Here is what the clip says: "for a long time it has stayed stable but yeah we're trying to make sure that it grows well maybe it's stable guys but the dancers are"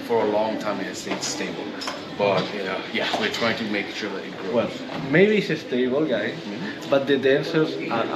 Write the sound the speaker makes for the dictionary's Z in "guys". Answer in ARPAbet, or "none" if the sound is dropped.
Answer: none